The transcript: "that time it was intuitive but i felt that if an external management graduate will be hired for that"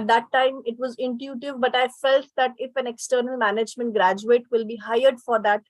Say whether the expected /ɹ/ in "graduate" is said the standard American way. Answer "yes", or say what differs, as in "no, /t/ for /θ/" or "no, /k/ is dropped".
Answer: yes